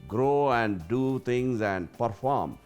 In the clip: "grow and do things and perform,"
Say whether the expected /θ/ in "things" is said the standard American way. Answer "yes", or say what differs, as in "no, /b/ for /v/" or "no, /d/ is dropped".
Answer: no, /t/ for /θ/